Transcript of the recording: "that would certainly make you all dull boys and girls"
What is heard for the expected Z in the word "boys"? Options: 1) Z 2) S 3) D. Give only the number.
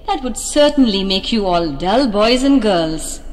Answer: 1